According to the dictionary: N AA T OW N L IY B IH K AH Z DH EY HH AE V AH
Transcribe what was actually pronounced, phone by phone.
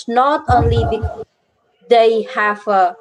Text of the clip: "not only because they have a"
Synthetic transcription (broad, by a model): N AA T OW N L IY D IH AH HH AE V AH